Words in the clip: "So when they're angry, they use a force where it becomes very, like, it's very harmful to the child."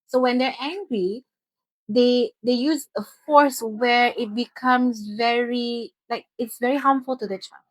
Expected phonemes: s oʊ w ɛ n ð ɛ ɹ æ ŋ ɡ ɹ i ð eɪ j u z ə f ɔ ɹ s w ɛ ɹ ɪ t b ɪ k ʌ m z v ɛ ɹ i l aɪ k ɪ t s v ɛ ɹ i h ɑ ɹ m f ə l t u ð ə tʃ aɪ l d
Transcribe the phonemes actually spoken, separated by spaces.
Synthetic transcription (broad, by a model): s oʊ w ɛ n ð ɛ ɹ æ ŋ ɡ ɹ i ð eɪ j u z ə f ɔ ɹ s w ɛ ɹ ɪ t b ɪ k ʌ m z v ɛ ɹ i l aɪ k ɪ t s v ɛ ɹ i h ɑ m f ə l t u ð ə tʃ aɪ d